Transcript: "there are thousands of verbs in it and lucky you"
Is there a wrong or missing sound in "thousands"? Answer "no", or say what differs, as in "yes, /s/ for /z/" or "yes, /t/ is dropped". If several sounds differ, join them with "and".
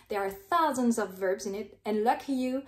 no